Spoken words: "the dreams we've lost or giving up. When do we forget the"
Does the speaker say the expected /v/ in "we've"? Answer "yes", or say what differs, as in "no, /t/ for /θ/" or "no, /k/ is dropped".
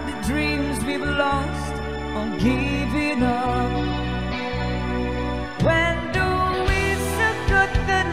no, /b/ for /v/